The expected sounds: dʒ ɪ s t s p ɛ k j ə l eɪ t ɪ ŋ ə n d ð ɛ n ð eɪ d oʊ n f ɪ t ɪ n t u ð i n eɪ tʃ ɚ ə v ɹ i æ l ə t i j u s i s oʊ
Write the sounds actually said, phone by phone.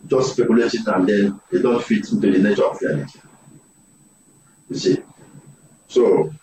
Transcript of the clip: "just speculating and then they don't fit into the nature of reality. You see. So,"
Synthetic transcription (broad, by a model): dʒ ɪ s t s p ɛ k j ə l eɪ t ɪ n ə n d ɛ n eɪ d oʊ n f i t ɪ n t u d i n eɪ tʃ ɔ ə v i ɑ n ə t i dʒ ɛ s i s oʊ